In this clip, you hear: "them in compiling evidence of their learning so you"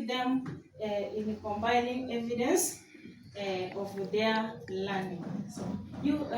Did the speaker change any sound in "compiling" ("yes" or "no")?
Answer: yes